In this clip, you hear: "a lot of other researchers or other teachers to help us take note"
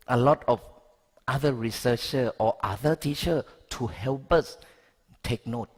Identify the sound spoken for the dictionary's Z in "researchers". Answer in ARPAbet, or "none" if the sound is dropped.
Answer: none